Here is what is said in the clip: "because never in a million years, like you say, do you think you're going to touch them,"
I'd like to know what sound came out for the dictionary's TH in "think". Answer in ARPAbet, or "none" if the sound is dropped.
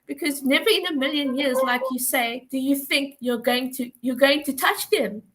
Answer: TH